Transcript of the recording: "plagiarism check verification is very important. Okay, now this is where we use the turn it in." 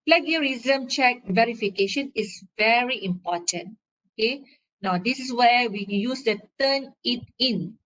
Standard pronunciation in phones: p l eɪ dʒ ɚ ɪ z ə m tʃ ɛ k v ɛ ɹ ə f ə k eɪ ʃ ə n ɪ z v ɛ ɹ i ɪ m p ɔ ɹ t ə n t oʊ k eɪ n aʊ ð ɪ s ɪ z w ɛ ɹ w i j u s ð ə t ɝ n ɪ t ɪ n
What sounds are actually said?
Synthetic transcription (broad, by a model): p l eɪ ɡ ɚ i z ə m tʃ ɛ k v ɛ ɹ ə f ə k eɪ ʃ ə n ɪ s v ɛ ɹ i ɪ m p ɔ t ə n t oʊ k eɪ n aʊ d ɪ s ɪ s w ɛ w i j u s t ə t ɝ n ɪ t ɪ n